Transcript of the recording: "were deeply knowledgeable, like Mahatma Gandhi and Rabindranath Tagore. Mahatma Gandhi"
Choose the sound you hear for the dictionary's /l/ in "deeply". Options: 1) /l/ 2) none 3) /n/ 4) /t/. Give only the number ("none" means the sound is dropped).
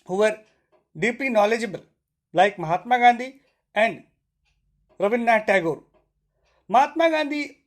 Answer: 2